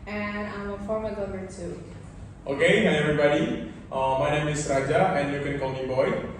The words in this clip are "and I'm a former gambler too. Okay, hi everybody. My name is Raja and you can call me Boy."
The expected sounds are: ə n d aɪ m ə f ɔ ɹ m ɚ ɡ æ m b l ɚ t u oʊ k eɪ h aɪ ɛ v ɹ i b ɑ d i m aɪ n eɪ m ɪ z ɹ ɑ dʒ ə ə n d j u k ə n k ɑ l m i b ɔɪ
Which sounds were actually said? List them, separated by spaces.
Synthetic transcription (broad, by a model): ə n aɪ m ə f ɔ ɹ m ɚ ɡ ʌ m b ɚ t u oʊ k eɪ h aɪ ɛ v ɹ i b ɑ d i m aɪ n eɪ m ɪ s ɹ ɑ dʒ ə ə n j u k ə n k ɑ l m i b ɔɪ